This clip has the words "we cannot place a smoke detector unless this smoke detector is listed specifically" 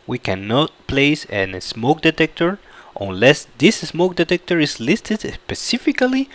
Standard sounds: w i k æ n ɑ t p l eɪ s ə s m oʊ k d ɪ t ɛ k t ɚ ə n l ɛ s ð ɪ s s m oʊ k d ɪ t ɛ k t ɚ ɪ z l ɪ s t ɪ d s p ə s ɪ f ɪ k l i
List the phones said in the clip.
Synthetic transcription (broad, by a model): w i k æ n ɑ t p l eɪ s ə s m oʊ k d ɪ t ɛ k t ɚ ə n l ɛ s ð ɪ s s m oʊ k d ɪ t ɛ k t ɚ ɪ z l ɪ s t ɪ d s p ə s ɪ f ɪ k l i